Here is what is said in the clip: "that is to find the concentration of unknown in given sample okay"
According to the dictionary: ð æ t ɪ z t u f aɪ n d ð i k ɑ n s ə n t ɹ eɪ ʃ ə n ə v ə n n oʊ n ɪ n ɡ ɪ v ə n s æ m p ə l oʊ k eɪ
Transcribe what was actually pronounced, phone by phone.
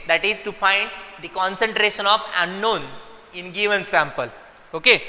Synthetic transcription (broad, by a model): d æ t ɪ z t u f aɪ n d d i k ɑ n s ə n t ɹ eɪ ʃ ə n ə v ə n n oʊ n ɪ n ɡ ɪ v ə n s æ m p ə l oʊ k eɪ